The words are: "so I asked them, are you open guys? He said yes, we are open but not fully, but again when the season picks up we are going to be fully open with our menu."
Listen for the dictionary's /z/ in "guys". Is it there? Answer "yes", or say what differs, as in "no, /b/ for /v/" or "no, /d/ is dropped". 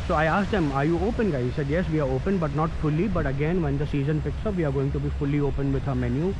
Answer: no, /z/ is dropped